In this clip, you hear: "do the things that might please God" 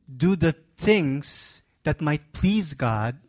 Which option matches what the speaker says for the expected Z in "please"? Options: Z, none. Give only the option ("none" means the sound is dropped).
Z